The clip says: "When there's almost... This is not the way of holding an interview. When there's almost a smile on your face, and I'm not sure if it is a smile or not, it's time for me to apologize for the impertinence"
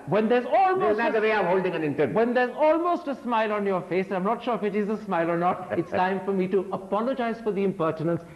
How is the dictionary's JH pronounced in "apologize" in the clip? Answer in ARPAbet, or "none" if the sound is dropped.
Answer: JH